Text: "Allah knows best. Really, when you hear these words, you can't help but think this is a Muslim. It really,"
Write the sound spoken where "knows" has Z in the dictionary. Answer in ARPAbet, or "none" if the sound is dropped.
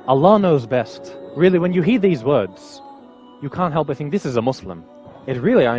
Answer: Z